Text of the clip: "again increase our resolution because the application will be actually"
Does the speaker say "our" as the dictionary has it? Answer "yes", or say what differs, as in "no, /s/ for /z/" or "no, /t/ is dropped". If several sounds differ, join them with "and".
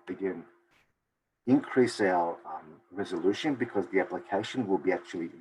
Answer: no, /l/ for /ɹ/